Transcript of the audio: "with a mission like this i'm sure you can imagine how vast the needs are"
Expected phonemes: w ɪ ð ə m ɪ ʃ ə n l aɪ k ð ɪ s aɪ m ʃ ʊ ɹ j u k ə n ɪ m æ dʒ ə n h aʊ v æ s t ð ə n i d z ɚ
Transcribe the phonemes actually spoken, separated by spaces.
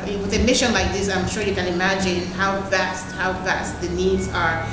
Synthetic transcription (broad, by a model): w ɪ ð ə m ɪ ʃ ə n l aɪ k ð ɪ s aɪ m ʃ ʊ ɹ j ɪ k ə n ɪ m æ dʒ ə n h aʊ v æ s t ð ə n i d z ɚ